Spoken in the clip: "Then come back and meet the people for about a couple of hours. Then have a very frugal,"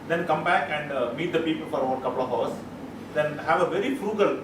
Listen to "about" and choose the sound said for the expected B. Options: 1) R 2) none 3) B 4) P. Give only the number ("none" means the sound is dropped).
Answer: 2